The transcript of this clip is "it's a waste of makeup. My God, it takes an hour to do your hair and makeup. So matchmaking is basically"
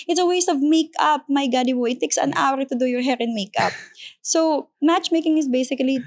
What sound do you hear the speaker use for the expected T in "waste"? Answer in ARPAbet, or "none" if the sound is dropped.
T